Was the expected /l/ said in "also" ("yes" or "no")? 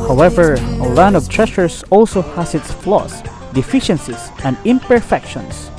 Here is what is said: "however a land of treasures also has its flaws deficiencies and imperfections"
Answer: yes